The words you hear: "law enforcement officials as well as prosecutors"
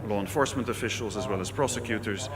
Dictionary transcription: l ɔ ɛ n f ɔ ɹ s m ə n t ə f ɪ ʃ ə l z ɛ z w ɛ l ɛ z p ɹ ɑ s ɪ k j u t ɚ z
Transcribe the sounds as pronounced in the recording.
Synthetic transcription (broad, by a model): l ɔ ɛ n f ɔ ɹ s m ə n t ə f ɪ ʃ ə l z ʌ z w ɛ l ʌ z p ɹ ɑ s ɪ k j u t ɚ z